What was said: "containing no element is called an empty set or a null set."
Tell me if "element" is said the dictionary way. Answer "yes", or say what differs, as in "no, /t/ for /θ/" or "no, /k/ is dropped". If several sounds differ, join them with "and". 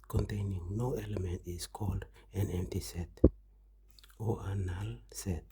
yes